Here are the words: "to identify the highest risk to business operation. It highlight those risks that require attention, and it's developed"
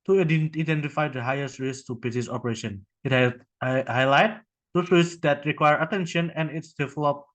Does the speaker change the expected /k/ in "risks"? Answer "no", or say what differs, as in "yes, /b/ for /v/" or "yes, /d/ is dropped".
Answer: yes, /k/ is dropped